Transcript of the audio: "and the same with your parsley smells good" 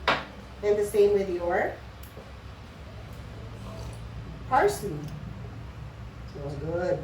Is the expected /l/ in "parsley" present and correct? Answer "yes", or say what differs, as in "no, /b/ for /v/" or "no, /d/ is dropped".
no, /l/ is dropped